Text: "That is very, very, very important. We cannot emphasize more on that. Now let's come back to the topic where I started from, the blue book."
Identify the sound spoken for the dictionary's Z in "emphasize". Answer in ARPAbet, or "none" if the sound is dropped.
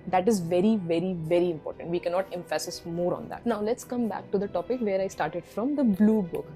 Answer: S